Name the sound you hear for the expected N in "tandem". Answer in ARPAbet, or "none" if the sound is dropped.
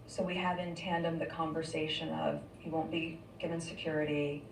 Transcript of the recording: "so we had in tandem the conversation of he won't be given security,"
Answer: N